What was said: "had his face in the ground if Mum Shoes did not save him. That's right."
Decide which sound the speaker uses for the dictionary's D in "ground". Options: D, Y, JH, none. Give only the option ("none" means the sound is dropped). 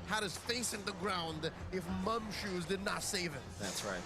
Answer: D